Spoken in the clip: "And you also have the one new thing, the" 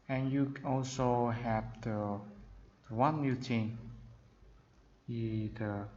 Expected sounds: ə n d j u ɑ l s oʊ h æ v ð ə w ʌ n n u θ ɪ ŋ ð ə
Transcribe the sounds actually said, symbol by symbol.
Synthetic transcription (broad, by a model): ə n j u ɑ l s oʊ h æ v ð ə w ʌ n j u t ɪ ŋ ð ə